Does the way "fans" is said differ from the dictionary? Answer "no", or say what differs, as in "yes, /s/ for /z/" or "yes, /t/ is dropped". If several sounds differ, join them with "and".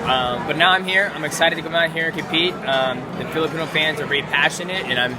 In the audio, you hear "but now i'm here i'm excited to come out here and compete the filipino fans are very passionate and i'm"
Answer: no